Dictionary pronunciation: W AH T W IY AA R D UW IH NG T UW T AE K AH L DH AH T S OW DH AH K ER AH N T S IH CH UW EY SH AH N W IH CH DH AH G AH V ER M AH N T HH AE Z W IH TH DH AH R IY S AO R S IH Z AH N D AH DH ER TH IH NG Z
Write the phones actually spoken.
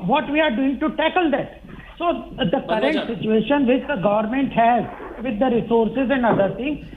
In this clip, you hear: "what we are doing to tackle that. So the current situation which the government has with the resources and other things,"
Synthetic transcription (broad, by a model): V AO T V IY AA R D UW IH NG T UW T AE K AH L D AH T S OW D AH K ER AH N T S IH CH UW EY SH AH N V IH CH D AH G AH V ER M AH N T HH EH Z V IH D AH R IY S AO R S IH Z AH N D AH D ER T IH NG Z